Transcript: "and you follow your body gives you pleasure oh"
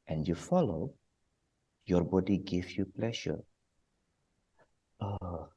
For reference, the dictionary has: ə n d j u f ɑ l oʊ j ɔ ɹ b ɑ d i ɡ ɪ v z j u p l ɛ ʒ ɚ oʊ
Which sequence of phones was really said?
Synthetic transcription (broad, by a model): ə n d j u f ɑ l oʊ j ɔ ɹ b ɑ d i ɡ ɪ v j u p l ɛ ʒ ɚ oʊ